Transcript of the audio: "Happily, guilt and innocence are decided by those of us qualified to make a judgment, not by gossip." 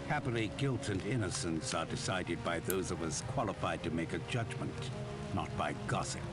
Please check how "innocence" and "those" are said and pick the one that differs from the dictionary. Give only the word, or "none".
none